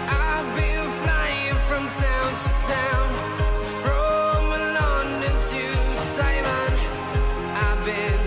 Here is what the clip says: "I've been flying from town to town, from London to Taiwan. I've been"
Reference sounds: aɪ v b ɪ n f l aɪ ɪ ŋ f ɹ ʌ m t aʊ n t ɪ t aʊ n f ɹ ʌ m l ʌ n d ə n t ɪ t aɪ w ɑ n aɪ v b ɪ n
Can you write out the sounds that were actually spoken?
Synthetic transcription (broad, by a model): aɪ b ɪ n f l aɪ ɪ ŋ f ɹ ʌ m t aʊ n t ɪ t aʊ n f ɹ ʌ m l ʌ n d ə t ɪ s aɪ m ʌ n aɪ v b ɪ n